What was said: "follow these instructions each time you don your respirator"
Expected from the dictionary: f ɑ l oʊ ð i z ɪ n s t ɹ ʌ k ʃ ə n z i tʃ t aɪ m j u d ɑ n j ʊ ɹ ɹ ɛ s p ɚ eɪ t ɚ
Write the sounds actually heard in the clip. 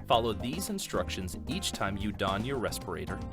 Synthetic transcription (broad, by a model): f ɑ l oʊ ð i z ɪ n s t ɹ ʌ k ʃ ə n z i tʃ t aɪ m j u d ɑ n j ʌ ɹ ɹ ɛ s p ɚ eɪ t ɚ